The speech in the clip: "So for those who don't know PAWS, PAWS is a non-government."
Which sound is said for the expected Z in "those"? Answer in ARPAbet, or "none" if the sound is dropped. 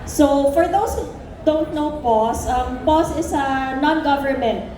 S